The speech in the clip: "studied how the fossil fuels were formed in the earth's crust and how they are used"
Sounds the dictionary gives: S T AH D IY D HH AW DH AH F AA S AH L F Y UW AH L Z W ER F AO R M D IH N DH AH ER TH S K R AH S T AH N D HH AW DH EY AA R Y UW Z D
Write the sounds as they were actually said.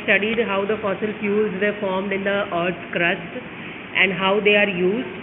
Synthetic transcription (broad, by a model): S T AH D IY D HH AW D AH F AA S AH L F Y UW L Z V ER F AO R M D IH N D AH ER T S K R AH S T AH N D HH AW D EY AA R Y UW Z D